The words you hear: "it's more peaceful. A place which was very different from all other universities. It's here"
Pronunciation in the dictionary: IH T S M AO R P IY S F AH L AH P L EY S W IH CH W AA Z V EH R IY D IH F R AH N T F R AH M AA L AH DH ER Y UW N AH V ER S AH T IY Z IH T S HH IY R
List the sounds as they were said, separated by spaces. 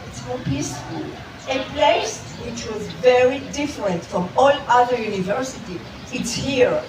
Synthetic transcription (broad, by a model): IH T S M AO P IY S F AH L AH P L EY S W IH CH W AA Z V EH R IY D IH F R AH N T F R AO M AA L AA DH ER Y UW N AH V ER S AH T IY IH T S HH IY R